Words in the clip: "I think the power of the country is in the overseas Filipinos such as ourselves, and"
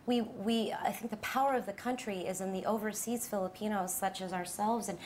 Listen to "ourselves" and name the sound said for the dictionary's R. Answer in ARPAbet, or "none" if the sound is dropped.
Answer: R